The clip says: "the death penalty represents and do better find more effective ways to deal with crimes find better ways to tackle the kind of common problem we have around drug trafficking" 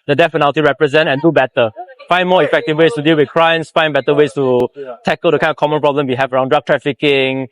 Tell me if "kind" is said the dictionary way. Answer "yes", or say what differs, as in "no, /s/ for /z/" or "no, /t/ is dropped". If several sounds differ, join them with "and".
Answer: no, /d/ is dropped